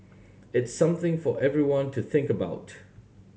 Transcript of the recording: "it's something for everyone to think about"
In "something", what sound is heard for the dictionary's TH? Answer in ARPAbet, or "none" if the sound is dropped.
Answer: TH